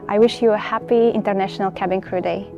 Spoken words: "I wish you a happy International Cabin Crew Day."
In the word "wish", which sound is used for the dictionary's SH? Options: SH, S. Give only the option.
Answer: SH